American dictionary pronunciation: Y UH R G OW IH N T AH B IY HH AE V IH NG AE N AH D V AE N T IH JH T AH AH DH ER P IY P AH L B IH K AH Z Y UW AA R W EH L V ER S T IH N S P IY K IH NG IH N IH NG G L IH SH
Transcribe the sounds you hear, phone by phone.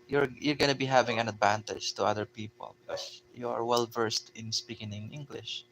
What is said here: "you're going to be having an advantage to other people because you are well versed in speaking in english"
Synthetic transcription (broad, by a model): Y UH R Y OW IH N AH B IY HH AE V IH NG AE N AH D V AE N T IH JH T AH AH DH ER P IY P AH L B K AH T Y UW AA R W EH L V ER S T IH N S P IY K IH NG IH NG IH NG G L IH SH